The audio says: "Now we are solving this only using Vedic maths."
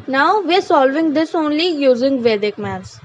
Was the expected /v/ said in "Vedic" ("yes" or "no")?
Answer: yes